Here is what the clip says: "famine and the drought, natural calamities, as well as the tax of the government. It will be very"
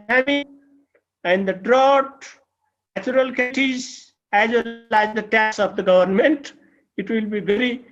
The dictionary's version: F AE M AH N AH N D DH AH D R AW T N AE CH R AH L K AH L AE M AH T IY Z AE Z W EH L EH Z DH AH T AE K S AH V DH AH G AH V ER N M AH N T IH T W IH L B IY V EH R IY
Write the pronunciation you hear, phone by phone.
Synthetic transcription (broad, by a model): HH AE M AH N AH N D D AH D R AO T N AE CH AH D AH L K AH T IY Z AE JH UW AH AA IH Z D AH T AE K S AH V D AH G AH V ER N M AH N T IH T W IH L B IY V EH R IY